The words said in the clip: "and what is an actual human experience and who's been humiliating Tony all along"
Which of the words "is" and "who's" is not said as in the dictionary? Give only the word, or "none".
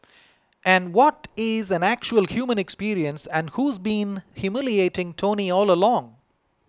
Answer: none